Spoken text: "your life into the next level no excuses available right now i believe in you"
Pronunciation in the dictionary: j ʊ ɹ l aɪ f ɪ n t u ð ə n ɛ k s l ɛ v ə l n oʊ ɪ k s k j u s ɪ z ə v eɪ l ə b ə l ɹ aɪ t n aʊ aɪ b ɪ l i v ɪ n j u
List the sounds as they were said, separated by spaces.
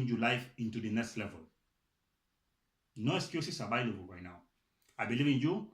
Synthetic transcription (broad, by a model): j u l aɪ f ɪ n t u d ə n ɛ k s l ɛ v ə l n oʊ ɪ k s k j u s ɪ s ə b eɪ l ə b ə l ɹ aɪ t n aʊ aɪ b ɪ l i v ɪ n j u